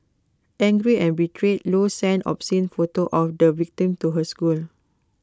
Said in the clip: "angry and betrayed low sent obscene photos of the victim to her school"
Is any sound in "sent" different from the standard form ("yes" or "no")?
yes